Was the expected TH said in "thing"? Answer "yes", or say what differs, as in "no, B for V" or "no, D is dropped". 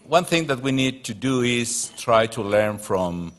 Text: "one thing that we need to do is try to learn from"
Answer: yes